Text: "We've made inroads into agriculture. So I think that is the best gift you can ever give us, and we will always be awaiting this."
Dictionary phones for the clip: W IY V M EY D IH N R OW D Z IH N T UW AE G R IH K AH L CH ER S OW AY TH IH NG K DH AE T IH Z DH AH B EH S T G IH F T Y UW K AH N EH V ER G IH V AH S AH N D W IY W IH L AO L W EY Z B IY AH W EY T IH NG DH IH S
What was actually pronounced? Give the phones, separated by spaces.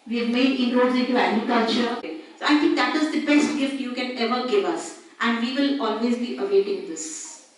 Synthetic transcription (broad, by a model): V IY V M EY D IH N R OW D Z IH T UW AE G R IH K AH L CH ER S OW AY T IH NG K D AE T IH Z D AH B EH S T G IH F T Y UW K AH N EH V ER G IH V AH S AH N D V IY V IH L AO L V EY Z B IY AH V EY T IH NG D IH S